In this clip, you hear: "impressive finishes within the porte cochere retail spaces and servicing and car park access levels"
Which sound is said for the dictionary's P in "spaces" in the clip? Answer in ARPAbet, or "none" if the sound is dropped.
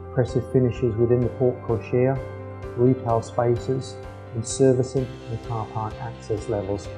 P